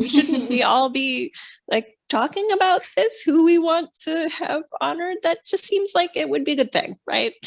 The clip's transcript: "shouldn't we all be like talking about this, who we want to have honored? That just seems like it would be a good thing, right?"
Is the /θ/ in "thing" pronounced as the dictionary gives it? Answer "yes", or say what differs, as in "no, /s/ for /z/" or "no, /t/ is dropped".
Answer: yes